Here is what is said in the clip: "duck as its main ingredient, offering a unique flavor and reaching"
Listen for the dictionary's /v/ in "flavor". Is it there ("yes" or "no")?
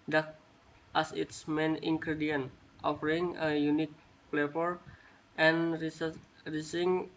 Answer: no